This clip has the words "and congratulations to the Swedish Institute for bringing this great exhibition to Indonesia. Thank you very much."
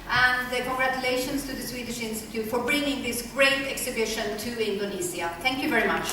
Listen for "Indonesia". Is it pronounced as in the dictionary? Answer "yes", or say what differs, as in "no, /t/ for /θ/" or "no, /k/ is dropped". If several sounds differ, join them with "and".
no, /z/ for /ʒ/